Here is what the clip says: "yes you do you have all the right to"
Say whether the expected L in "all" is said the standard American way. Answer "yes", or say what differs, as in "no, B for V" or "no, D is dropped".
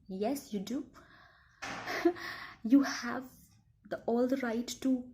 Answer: yes